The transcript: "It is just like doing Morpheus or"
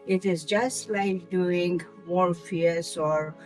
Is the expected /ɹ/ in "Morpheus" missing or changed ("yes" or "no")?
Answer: yes